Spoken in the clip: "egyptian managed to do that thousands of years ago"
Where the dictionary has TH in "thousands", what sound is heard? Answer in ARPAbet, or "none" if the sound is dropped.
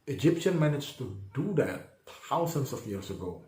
T